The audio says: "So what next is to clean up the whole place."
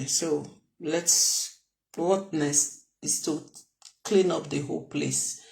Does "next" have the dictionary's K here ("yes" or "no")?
no